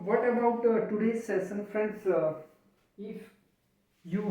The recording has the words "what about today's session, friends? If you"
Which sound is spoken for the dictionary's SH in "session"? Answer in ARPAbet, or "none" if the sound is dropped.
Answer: S